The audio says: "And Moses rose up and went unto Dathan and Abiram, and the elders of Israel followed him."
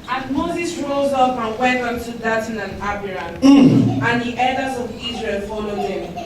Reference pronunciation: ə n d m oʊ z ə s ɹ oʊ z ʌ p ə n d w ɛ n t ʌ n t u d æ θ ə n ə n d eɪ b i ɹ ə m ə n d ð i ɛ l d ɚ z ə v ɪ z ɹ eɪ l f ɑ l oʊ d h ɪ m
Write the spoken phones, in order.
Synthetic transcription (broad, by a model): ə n m oʊ z ə s ɹ oʊ z ʌ p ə n w ɛ n t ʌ n t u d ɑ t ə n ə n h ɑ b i ɹ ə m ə n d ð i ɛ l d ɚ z ə v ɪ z ɹ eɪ l f ɑ l oʊ d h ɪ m